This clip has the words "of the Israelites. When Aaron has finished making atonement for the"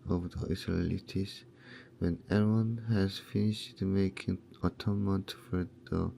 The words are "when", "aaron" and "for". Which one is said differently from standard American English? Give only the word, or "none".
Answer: aaron